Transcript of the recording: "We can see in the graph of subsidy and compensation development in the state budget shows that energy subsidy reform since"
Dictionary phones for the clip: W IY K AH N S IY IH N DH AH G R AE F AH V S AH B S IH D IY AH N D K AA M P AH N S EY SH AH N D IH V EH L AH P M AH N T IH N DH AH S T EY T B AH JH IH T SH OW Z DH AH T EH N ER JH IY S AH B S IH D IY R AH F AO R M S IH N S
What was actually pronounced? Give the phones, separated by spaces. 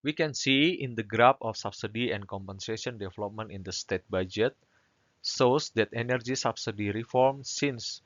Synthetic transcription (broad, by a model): W IY K AH N S IY IH N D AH G R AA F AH F S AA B S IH D IY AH N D K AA M P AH N S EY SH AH N D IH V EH L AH P M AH N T IH N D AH S T EY T B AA JH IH T S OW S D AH T EH N ER JH IY S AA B S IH D IY R AH F AO R M S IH N S